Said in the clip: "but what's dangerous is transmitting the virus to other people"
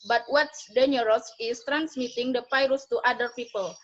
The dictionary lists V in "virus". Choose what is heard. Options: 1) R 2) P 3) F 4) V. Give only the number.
3